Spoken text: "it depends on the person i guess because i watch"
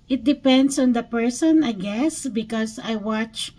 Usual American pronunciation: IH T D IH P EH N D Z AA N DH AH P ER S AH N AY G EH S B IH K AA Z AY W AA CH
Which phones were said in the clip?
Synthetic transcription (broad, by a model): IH T D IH P EH N D S AA N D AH P ER S AH N AY G EH S B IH K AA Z AY W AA CH